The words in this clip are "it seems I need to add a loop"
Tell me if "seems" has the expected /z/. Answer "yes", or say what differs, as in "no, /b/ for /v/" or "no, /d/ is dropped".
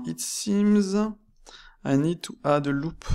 yes